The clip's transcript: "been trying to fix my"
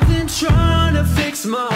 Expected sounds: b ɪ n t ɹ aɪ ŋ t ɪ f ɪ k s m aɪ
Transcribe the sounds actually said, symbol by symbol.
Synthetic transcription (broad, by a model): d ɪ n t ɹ aɪ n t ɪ f ɪ k s m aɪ